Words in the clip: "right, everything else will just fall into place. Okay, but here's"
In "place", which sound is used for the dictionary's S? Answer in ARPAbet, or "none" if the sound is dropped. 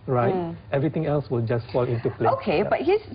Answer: none